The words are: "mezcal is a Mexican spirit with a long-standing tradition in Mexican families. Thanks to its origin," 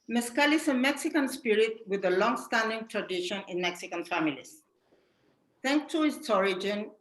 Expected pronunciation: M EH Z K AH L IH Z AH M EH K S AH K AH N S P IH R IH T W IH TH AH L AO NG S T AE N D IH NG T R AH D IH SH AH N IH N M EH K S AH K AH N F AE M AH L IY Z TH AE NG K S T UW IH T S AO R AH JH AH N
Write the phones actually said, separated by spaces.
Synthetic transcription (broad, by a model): M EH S K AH L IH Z AH M EH K S AH K AH N S P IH R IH T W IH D AH L AO NG S T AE N D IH NG T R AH D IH SH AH N IH N M EH K S AH K AH N F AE M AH L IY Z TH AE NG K T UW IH S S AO R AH JH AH N